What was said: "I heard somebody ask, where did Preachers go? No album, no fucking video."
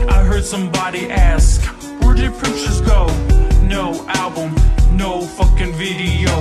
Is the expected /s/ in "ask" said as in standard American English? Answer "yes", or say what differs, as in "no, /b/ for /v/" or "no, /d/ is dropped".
yes